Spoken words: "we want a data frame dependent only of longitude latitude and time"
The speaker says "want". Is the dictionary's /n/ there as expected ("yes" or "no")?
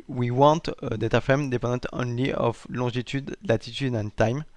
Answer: no